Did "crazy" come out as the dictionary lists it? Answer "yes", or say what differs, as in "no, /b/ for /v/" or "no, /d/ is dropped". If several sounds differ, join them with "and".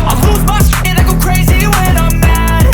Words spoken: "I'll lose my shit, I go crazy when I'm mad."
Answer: yes